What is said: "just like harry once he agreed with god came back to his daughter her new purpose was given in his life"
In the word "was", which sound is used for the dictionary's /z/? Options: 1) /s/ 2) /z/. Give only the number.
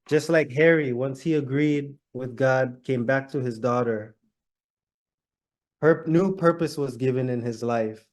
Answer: 2